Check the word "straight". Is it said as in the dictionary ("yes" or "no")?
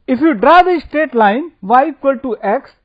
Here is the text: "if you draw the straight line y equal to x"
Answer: no